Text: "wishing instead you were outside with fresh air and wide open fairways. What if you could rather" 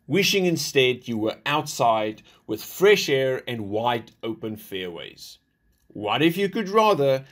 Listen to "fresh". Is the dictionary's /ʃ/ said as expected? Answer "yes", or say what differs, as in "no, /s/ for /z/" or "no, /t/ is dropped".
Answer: yes